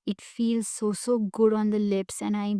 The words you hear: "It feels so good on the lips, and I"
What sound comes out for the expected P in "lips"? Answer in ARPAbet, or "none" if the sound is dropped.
P